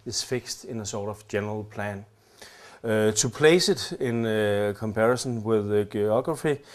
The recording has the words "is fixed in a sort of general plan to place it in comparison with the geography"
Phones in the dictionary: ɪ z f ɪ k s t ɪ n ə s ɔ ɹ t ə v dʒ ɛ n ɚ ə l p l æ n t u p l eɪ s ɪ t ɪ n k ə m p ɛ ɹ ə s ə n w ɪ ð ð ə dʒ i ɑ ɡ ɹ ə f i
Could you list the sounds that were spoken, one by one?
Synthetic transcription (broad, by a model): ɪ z f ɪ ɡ s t ɪ n ə s ɔ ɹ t ə v dʒ ɛ n ɚ ə l p l æ n s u p l eɪ s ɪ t ɪ n k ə m p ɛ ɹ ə s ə n w ɪ ð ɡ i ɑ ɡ ɹ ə f i